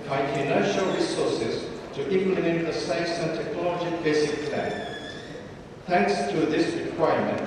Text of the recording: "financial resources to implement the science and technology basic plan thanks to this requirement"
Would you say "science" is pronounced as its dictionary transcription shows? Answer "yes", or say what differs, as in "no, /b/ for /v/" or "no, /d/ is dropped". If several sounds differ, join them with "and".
no, /n/ is dropped